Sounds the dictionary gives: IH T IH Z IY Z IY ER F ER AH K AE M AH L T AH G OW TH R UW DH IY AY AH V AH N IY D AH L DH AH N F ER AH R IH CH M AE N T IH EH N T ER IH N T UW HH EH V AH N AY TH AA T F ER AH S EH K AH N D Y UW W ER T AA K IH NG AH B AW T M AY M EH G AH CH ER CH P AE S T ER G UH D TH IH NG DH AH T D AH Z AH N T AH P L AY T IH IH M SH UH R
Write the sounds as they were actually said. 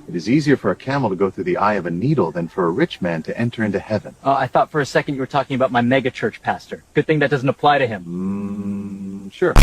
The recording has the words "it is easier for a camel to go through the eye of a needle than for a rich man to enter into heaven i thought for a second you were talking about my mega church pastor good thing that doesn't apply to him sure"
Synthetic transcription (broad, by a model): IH T IH Z IY Z IY ER F ER AH K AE M L T AH G OW TH R UW DH IY AY AH V AH N IY D L DH AH N F ER AH R IH CH M AE N T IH EH N T ER IH N T UW HH EH V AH N AY TH AA T F ER AH S EH K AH N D Y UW W ER T AA K IH NG AH B AW T M AY M EH G AH CH ER CH P AE S T ER G UH D TH IH NG DH AH T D AH Z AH N T AH P L AY T IH IH M SH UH R